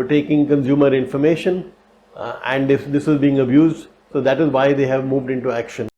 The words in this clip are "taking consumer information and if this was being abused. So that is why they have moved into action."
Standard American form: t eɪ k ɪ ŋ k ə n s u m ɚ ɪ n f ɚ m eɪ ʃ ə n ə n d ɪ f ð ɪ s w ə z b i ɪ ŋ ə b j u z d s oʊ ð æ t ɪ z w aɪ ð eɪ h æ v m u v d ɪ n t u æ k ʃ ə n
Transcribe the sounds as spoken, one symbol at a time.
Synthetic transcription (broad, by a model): t eɪ k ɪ ŋ k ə n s u m ɚ ɪ n f ɚ m eɪ ʃ ə n ə n d ɪ f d ɪ s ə z b i ɪ ŋ ə b j u z d s oʊ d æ t ɪ z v aɪ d eɪ h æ v m u v d ɪ n t u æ k ʃ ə n